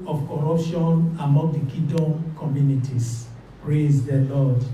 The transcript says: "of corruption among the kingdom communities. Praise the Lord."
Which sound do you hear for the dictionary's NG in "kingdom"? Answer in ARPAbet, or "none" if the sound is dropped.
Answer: none